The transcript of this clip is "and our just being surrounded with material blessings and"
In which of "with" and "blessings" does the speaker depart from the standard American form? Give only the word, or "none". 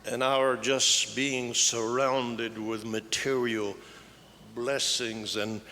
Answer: none